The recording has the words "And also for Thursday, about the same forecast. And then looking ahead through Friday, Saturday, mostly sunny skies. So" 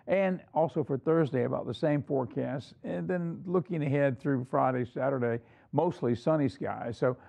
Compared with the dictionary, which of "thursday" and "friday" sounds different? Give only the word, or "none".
none